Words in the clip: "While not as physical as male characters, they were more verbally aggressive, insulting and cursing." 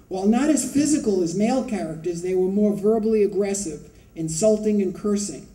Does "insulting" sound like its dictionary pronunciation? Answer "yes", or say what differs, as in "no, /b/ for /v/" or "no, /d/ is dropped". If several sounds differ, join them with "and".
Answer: yes